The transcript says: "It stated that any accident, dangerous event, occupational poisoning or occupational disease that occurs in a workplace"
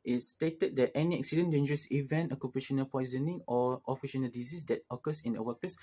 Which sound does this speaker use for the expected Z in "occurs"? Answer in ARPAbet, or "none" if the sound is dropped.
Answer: S